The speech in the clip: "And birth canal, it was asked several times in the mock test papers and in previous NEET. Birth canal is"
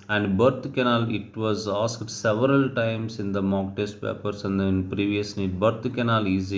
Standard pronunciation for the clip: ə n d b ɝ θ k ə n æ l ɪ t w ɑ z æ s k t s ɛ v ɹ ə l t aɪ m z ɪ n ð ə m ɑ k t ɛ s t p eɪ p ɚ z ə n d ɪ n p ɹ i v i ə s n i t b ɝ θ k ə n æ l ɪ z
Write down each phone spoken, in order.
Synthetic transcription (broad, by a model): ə n d b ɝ t k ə n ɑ l ɪ t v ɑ z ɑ s k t s ɛ v ɹ ə l t aɪ m s ɪ n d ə m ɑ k t ɛ s t p eɪ p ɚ s ə n d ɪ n p ɹ i v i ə s n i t b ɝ t k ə n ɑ l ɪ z